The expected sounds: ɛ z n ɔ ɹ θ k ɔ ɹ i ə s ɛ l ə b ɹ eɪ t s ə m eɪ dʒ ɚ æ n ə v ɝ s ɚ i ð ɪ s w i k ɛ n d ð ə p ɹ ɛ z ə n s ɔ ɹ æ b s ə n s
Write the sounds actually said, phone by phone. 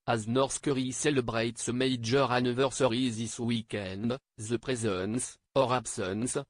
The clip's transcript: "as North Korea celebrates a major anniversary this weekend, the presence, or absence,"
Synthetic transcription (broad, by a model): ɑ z n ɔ ɹ s k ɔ ɹ i s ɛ l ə b ɹ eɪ t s ə m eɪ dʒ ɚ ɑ n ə v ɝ s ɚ i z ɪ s w i k ɛ n d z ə p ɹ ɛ z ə n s ɔ ɹ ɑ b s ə n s